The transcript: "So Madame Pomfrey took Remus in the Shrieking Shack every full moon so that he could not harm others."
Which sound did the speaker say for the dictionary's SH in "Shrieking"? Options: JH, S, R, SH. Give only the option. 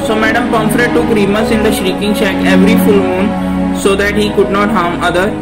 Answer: SH